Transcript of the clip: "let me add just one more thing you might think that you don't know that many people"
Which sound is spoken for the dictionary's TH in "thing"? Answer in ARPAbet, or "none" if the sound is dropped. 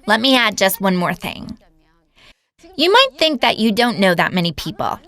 TH